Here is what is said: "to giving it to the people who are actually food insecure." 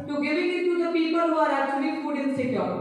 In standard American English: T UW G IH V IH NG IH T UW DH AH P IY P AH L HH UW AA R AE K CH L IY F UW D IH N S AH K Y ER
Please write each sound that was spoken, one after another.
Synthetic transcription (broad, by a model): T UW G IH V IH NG IH T UW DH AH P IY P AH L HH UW AA R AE CH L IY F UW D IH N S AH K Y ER